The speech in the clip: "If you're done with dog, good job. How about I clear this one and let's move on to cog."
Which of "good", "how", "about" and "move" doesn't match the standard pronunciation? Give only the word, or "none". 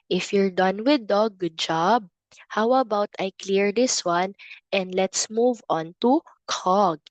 none